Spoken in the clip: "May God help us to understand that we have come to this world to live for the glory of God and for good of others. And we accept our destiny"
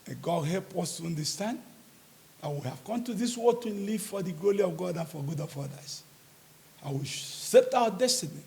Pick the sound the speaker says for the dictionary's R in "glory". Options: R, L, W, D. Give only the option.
L